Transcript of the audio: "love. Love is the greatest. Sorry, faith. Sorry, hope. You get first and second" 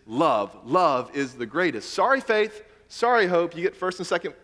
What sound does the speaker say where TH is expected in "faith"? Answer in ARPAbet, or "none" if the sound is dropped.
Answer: TH